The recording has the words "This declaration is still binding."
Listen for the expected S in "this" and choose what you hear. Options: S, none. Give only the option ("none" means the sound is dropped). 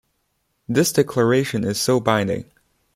S